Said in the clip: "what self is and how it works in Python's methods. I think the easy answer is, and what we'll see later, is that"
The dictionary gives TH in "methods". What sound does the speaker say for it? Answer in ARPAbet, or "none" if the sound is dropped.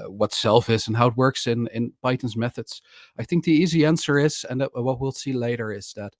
TH